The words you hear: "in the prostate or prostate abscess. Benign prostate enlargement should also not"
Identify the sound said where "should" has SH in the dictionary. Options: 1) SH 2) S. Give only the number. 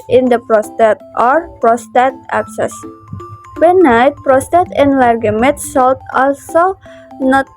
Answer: 2